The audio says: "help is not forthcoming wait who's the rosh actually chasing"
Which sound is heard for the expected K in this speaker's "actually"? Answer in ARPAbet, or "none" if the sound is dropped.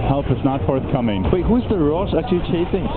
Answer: none